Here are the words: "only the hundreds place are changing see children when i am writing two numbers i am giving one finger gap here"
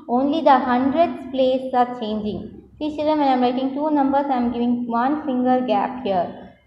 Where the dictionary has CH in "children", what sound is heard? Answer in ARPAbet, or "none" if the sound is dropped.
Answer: S